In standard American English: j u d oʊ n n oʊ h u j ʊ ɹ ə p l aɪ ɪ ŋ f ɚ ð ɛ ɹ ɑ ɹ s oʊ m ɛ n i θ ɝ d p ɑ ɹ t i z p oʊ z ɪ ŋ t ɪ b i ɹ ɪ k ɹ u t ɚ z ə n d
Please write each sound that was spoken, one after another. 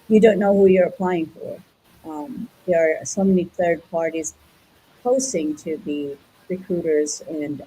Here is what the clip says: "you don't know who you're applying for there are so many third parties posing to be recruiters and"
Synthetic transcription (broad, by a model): j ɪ d oʊ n n oʊ h u j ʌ ɹ ə p l aɪ ɪ ŋ f ɚ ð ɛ ɹ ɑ ɹ s oʊ m ɛ n i θ ɝ d p ɑ ɹ t i z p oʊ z ɪ ŋ t ɪ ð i ɹ ɪ k ɹ u t ɚ z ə n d